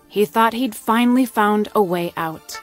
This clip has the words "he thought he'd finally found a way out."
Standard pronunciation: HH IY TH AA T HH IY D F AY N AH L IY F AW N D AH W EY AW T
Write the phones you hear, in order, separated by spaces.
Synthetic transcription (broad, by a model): HH IY TH AA T HH IY D F AY N L IY F AW N D AH W EY AW T